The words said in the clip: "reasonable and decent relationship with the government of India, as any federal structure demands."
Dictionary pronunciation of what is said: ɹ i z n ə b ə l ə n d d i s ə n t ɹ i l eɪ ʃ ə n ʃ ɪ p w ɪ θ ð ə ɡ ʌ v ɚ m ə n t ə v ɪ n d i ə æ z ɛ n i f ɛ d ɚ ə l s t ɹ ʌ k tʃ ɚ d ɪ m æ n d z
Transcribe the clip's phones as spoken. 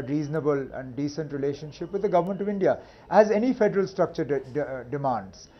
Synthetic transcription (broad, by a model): ɹ i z n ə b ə l ə n d d i s ə n t ɹ i l eɪ ʃ ə n ʃ ɪ p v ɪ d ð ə ɡ ʌ v ɚ m ə n t ə v ɪ n d i ə æ z ɛ n i f ɛ d ɚ ə l s t ɹ ʌ k tʃ ɚ d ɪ m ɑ n d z